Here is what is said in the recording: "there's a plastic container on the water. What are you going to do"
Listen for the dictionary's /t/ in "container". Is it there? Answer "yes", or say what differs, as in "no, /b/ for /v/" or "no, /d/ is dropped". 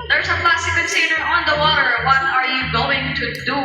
no, /s/ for /t/